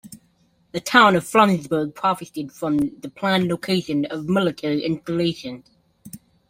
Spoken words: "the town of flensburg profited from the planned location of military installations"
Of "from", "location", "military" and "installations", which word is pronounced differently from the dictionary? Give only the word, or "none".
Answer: military